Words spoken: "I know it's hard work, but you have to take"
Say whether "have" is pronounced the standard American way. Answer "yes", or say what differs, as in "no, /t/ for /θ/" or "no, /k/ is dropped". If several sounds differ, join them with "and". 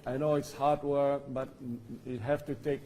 no, /f/ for /v/